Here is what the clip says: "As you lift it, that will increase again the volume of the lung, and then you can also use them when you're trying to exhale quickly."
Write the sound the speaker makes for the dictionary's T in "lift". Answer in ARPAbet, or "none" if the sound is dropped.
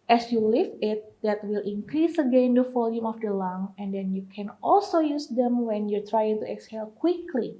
none